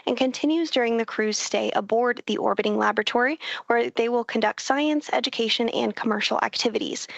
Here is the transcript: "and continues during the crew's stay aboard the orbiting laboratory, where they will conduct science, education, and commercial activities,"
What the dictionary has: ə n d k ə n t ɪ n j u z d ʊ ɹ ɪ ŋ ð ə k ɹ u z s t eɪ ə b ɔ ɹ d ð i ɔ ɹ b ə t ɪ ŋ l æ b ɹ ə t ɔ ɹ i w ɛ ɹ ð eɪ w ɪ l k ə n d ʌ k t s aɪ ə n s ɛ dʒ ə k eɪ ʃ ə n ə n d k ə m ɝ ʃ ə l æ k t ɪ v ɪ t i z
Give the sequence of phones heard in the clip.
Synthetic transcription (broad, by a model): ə n k ə n t ɪ n j u z d ʊ ɹ ɪ ŋ ð ə k ɹ u z s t eɪ ə b ɔ ɹ d ð i ɔ ɹ b ə t ɪ ŋ l æ b ɹ ə t ɔ ɹ i w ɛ ɹ ð eɪ w ɪ l k ə n d ʌ k t s aɪ ə n s ɛ dʒ ə k eɪ ʃ ə n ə n k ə m ɝ ʃ l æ k t ɪ v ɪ t i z